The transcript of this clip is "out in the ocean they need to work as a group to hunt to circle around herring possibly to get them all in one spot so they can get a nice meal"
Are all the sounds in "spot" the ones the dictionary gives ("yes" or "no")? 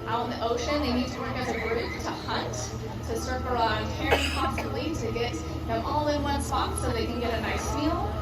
no